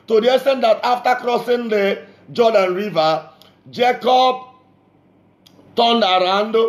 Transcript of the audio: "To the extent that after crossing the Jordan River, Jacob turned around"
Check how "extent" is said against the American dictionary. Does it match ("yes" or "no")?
no